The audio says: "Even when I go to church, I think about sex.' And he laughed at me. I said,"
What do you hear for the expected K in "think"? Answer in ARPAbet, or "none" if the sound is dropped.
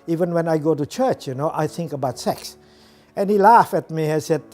K